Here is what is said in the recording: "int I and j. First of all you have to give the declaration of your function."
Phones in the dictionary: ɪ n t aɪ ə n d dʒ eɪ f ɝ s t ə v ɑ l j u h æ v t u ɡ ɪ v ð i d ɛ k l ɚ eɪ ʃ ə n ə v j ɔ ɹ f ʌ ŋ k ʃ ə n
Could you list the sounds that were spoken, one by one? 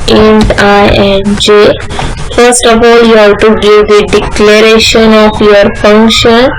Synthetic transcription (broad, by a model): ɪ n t aɪ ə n dʒ eɪ f ɝ s t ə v ɑ l j u h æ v t u ɡ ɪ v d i d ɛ k l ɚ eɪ ʃ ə n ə f j ɔ ɹ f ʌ ŋ k ʃ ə n